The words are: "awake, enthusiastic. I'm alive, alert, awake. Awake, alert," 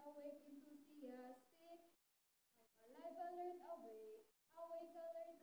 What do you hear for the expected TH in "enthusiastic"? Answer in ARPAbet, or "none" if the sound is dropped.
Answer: T